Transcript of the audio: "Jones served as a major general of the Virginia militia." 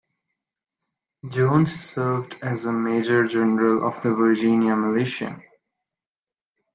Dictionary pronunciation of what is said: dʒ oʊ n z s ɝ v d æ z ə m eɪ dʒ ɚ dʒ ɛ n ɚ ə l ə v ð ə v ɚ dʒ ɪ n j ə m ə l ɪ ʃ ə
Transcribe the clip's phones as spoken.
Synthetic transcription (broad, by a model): dʒ oʊ n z s ɝ v d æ z ə m eɪ dʒ ɚ dʒ ɛ n ɚ ə l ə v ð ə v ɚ dʒ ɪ n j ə m ə l ɪ ʃ ə